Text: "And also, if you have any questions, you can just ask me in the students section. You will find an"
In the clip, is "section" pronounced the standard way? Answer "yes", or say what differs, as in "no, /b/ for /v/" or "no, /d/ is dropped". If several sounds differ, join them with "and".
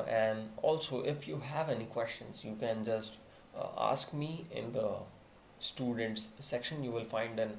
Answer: yes